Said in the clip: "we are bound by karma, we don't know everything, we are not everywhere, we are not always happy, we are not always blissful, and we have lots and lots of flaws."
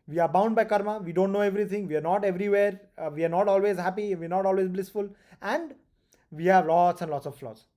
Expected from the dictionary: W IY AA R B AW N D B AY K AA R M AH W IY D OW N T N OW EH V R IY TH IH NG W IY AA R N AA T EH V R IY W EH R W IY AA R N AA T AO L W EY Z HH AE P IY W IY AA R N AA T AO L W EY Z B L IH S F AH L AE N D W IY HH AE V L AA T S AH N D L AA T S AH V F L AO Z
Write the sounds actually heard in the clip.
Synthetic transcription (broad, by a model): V IY AA R B AW N D B AY K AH R M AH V IY D OW N T N OW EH V R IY T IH NG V IY AA R N AA T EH V R IY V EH R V IY AA R N AA T AO L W EY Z HH AE P IY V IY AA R N AA T AO L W EY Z B L IH S F AH L AE N D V IY HH AE V L AA T S AH N D L AA T S AH V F L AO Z